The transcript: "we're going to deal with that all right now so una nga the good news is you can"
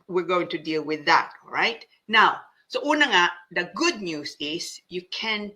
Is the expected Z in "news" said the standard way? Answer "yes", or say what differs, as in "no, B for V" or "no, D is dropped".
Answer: no, S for Z